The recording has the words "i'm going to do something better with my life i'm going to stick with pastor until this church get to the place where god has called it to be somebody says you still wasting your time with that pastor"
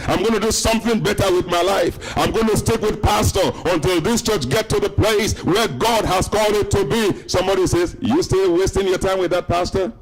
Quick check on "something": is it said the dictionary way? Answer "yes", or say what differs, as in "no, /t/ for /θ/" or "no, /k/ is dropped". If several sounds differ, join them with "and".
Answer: yes